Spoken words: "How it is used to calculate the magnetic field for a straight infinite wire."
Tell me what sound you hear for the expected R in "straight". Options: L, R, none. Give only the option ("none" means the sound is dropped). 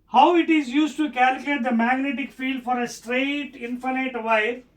R